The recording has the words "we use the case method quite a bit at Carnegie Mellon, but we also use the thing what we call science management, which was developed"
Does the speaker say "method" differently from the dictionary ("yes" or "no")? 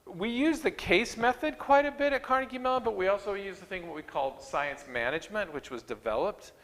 no